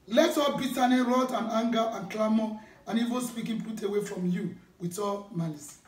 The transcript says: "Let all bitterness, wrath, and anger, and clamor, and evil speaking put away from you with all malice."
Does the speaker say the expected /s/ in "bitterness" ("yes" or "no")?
no